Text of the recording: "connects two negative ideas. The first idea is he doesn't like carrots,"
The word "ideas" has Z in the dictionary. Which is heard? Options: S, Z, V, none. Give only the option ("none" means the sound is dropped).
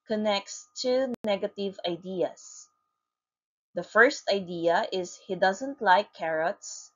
S